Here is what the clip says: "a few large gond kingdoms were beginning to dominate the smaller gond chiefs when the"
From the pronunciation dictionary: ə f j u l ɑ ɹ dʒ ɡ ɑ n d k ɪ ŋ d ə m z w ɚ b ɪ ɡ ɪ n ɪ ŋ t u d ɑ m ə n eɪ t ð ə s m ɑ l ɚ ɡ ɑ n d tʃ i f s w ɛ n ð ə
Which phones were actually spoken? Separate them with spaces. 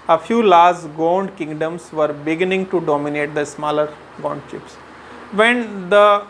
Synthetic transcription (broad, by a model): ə f j u l ɑ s ɡ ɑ n d k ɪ ŋ d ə m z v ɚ b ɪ ɡ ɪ n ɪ ŋ t u d ɑ m ə n eɪ t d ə s m ɑ l ɚ ɡ ɑ n d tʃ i p s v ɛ n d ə